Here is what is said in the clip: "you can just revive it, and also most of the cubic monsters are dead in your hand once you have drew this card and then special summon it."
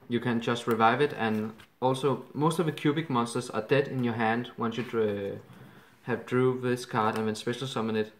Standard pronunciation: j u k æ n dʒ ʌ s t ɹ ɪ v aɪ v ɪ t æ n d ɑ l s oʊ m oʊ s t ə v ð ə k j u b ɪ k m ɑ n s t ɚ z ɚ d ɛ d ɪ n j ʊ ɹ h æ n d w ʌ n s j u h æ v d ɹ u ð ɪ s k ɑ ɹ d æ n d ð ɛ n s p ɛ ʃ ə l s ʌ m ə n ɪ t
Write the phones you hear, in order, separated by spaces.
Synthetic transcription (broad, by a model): j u k æ n dʒ ʌ s t ɹ ɪ v aɪ v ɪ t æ n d ɑ l s oʊ m oʊ s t ə v ð ə k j u b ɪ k m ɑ n s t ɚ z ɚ d ɛ d ɪ n j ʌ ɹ h æ n d w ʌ n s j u h æ v d ɹ u ð ɪ s k ɑ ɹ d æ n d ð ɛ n s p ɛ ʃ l s ʌ m ə n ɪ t